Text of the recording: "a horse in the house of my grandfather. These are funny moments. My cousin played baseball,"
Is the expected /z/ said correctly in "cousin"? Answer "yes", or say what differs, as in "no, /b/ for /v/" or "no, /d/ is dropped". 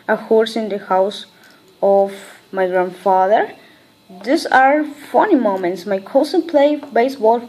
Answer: no, /s/ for /z/